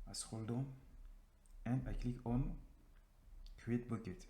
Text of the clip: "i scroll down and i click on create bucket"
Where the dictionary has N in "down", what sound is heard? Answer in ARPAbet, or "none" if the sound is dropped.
none